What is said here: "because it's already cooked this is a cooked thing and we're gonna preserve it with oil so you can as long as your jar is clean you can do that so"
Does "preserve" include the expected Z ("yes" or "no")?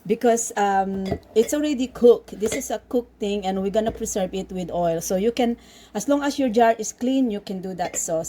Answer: no